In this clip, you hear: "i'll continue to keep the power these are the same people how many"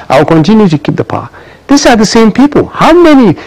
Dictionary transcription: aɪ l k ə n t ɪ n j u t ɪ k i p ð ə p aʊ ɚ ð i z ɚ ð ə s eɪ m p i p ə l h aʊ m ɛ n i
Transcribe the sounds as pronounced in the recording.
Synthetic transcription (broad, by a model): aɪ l k ə n t ɪ n j u t ɪ k i p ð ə p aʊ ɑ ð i s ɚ ð ə s eɪ m p i p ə l h aʊ m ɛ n i